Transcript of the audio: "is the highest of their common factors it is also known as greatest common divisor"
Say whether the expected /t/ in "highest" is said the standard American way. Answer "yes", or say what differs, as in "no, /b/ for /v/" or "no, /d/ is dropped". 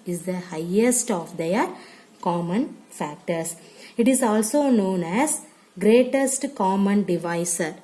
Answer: yes